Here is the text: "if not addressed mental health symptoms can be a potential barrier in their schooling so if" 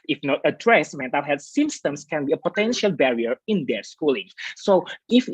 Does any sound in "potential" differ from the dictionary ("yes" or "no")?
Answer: no